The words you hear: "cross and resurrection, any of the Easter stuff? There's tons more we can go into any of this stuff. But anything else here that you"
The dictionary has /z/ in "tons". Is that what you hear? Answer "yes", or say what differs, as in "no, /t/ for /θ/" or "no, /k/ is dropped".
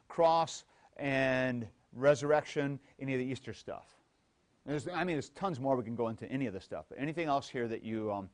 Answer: yes